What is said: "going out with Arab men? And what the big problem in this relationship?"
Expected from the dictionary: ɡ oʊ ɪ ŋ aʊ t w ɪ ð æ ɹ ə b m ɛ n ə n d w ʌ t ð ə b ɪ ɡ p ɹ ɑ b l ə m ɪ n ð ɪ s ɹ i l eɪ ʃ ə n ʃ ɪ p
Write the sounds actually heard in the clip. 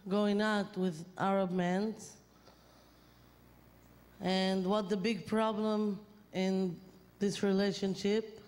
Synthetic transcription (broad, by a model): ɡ oʊ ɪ ŋ aʊ t w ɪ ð æ ɹ ə b m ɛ n ə n d w ʌ t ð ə b ɪ ɡ p ɹ ɑ b l ə m ɪ n ð ɪ s ɹ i l eɪ ʃ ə n ʃ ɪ p